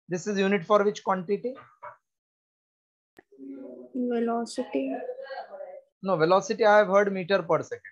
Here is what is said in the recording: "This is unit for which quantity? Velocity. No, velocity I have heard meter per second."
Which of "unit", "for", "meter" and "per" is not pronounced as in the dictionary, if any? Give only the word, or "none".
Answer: none